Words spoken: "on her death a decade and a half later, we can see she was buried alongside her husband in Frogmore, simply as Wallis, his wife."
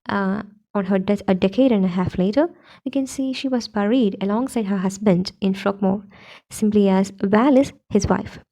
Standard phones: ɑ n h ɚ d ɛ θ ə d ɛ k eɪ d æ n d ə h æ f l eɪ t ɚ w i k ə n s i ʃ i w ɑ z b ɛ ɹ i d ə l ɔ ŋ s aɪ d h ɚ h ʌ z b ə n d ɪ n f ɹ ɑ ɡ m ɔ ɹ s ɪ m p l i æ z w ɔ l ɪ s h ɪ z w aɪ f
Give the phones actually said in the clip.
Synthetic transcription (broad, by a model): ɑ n h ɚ d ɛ t ə d ɛ k eɪ d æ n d ə h æ f l eɪ t ɚ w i k ə n s i ʃ i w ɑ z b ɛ ɹ i d ə l ɔ ŋ s aɪ d h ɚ h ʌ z b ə n d ɪ n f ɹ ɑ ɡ m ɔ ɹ s ɪ m p l i æ z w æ l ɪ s h ɪ z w aɪ f